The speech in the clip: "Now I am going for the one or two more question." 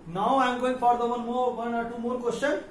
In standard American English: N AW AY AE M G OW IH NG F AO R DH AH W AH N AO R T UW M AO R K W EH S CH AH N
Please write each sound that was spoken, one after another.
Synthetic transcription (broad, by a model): N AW AY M G OW IH NG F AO R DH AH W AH N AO W T UW M AO R K W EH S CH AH N